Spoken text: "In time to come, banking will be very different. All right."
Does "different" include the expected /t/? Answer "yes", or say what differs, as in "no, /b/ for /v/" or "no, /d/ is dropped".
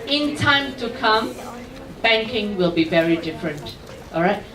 yes